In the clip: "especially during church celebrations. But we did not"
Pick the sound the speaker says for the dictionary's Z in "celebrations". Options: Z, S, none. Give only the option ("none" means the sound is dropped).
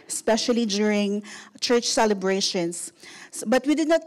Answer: S